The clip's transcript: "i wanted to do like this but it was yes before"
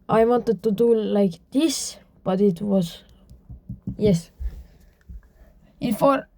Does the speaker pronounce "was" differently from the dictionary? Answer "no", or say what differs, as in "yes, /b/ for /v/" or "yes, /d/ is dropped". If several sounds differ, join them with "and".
yes, /s/ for /z/